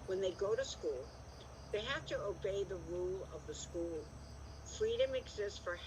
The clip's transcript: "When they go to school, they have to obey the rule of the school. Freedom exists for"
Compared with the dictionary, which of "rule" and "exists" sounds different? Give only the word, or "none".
none